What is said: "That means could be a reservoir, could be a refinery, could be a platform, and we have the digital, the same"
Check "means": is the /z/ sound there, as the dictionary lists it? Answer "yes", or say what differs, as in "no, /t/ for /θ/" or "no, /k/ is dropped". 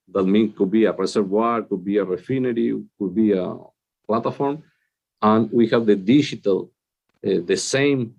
no, /z/ is dropped